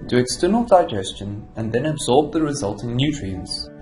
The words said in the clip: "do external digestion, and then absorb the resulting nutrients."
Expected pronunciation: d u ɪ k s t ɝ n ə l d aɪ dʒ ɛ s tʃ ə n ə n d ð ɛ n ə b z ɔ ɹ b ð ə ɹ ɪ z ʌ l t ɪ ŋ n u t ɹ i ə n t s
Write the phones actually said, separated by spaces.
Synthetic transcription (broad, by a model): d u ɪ k s t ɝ n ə l d aɪ dʒ ɛ s tʃ ə n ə n ð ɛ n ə b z ɔ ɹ b ð ə ɹ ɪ z ʌ l t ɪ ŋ n u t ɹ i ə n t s